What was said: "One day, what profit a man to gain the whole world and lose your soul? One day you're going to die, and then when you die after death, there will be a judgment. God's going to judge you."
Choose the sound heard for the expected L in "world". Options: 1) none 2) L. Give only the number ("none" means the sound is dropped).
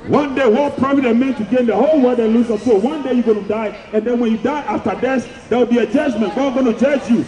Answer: 1